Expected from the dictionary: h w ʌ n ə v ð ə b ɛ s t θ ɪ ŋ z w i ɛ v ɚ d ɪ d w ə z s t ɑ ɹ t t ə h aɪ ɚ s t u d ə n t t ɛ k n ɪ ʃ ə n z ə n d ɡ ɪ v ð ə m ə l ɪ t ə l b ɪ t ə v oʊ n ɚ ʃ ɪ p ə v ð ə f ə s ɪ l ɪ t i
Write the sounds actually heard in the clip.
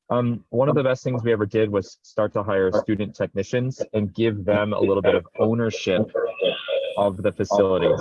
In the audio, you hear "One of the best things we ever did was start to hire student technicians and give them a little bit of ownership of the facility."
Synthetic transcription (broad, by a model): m w ʌ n ə v ð ə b ɛ s t θ ɪ ŋ z w i ɛ v ɚ d ɪ d w ə z s t ɑ ɹ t t ə h aɪ ɚ s t u d n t t ɛ k n ɪ ʃ ə n z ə n ɡ ɪ v ð ə m ə l ɪ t l b ɪ t ə v oʊ n ɚ ʃ ɪ p ə v ð ə f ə s ɪ l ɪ t i